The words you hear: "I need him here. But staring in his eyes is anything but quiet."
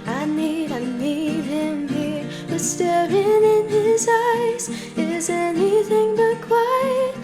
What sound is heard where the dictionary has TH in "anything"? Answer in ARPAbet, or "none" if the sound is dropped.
TH